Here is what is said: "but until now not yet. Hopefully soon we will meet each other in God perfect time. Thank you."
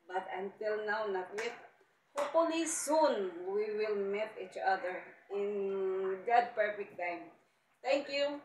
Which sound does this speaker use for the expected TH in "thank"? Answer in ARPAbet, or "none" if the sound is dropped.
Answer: T